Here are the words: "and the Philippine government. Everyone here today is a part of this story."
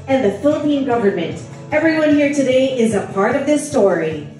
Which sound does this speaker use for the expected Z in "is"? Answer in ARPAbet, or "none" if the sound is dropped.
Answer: Z